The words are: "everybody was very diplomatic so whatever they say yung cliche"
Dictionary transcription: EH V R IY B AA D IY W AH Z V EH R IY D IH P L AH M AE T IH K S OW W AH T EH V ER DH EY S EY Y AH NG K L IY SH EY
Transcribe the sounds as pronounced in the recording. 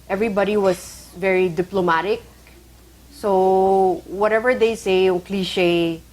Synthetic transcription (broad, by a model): EH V R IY B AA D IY W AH S V EH R IY D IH P L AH M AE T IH K S OW W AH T EH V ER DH EY S EY Y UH NG K L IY SH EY